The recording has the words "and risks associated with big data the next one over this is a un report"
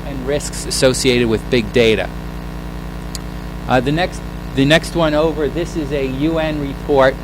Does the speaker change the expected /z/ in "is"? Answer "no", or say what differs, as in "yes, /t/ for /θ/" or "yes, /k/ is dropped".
no